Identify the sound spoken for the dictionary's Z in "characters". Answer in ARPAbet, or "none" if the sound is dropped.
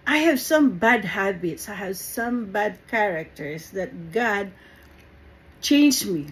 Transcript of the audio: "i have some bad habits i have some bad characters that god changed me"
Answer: S